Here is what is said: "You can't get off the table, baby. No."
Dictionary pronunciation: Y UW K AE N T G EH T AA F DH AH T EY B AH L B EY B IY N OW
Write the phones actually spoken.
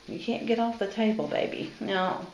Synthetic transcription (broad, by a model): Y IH K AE N G EH T AA F DH AH T EY B AH L B EY B IY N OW